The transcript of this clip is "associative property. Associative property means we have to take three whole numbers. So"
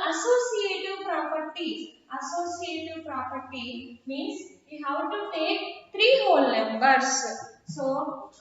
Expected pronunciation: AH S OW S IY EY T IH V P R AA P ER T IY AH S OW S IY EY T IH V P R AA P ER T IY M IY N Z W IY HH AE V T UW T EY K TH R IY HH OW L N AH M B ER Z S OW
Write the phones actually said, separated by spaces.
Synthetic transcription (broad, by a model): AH S OW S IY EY T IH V P R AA P ER T IY AH S OW S IY EY T IH V P R AA P ER T IY M IY N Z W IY HH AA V T UW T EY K T R IY HH OW L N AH M B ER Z S OW